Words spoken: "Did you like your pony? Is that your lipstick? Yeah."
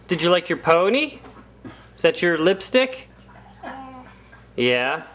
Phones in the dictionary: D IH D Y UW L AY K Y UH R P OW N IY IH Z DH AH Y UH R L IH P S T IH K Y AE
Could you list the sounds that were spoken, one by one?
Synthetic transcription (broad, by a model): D IH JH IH L AY K Y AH R P OW N IY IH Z DH AH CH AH R L IH P S T IH K Y AE